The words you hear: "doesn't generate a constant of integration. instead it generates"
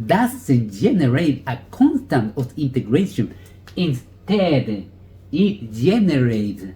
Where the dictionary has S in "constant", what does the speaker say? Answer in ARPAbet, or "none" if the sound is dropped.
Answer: S